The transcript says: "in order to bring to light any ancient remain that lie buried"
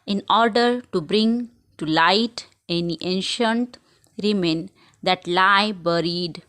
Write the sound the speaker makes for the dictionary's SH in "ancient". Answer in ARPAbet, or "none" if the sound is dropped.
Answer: SH